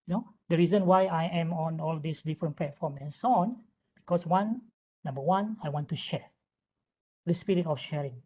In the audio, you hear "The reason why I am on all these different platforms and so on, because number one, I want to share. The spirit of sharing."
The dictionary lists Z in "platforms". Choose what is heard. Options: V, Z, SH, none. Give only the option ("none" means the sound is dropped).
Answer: none